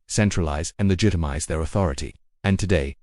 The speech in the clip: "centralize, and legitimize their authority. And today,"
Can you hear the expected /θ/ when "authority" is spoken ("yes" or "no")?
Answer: yes